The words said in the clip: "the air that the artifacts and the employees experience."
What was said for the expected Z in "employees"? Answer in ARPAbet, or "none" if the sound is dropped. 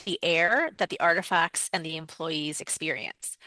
Z